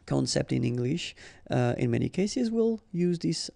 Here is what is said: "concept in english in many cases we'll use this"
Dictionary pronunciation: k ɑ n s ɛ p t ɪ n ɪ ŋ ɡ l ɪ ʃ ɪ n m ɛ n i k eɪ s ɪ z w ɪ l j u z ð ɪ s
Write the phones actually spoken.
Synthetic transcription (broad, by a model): k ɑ n s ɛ p t ɪ n ɪ ŋ ɡ l ɪ ʃ ɪ n m ɛ n i k eɪ s ɪ z w ɪ l j u z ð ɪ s